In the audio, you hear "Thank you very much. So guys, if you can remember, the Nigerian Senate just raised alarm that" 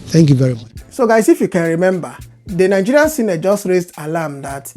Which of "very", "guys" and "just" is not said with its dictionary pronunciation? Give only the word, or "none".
guys